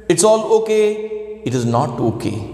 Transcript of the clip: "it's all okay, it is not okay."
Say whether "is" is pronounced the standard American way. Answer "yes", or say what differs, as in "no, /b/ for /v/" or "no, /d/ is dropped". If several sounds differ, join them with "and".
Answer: yes